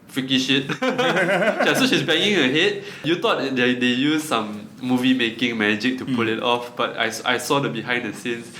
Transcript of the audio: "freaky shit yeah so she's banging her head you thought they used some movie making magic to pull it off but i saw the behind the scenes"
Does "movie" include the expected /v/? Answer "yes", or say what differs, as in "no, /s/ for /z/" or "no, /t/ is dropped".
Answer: yes